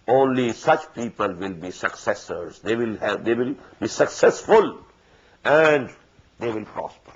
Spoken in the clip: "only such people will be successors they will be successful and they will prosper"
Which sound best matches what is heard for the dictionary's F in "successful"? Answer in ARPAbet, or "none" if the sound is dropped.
F